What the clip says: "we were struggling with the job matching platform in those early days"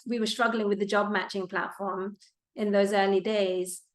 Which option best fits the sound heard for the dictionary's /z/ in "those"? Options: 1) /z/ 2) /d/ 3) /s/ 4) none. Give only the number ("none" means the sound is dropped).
1